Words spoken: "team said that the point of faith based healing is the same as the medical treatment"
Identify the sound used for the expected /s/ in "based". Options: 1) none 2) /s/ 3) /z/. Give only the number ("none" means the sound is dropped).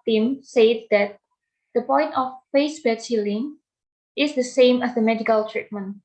1